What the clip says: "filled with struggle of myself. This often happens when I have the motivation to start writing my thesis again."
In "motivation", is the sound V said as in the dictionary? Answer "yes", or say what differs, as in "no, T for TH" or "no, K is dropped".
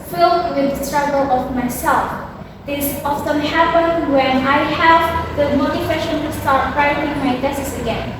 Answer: no, W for V